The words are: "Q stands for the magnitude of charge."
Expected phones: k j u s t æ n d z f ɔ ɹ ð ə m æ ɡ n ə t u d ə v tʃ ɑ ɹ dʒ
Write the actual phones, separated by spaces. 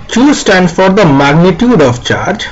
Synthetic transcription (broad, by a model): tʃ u s t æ n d f ɔ ɹ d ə m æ ɡ n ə t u d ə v tʃ ɑ ɹ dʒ